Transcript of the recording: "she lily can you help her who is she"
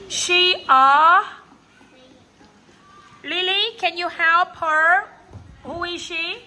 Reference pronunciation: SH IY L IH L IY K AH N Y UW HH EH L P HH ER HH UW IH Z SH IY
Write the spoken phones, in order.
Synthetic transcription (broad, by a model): SH IY L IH L IY K AH N Y UW HH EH P HH ER HH UW IH Z SH IY